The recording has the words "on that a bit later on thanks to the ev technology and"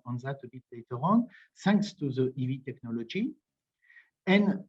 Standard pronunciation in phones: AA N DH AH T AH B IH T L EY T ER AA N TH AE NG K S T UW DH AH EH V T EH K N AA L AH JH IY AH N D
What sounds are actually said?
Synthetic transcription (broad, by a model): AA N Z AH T AH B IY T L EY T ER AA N S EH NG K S T UW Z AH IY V T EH K N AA L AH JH IY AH N